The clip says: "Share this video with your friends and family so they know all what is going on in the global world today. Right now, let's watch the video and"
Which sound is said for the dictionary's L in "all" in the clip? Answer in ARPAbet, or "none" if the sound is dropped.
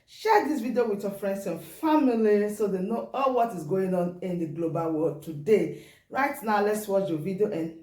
L